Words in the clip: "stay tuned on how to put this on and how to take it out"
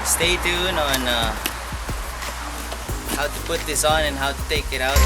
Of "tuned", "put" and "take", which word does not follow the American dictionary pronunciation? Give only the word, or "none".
tuned